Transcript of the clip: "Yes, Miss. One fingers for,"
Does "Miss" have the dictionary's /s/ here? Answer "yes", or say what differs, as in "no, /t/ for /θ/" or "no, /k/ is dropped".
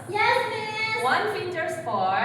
no, /s/ is dropped